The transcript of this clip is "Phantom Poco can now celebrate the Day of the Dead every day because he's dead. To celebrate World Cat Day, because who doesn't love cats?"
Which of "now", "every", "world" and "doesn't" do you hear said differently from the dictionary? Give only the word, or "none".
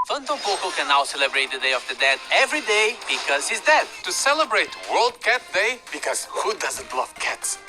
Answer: none